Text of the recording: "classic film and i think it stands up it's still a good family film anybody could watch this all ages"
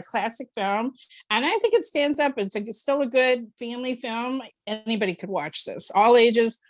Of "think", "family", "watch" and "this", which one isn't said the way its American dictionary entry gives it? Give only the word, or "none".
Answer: none